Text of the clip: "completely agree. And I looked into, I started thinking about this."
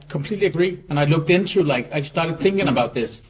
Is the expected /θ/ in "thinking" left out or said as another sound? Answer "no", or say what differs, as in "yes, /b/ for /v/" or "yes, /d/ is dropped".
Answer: no